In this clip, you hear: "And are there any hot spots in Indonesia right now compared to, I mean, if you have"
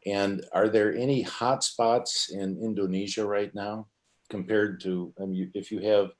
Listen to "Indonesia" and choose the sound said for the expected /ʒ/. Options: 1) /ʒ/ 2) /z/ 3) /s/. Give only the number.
1